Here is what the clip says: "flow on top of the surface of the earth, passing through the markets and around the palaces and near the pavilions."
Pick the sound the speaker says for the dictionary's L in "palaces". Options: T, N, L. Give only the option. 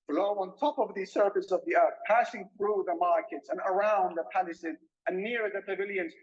N